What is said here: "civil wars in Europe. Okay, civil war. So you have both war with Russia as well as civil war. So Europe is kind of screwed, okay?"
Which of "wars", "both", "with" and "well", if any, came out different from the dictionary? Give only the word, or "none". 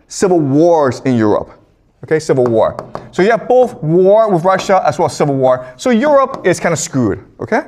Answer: none